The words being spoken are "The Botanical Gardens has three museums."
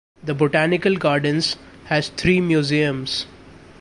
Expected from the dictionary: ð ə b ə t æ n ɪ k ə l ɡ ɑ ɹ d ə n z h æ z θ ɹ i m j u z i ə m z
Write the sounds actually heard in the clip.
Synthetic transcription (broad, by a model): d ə b ə t æ n ɪ k ə l ɡ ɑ ɹ d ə n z h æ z t ɹ i m j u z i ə m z